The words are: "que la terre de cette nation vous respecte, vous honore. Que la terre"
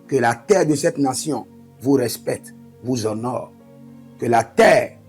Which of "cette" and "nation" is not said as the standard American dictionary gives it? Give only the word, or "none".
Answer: nation